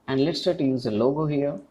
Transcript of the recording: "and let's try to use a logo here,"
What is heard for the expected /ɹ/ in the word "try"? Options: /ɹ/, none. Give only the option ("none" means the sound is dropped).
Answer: none